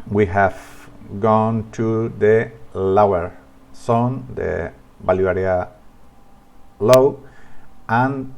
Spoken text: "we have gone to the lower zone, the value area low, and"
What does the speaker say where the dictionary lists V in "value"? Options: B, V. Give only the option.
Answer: B